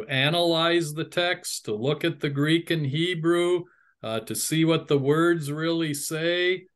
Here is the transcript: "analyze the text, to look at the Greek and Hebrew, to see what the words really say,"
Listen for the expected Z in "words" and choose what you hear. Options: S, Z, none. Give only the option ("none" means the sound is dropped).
Z